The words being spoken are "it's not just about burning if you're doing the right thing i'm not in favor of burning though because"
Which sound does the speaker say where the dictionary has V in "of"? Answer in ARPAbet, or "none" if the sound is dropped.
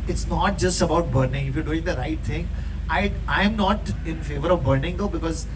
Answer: V